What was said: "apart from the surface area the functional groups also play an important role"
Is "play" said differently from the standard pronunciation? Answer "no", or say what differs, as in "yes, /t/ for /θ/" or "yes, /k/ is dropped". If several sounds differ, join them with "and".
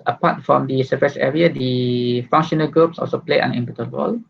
no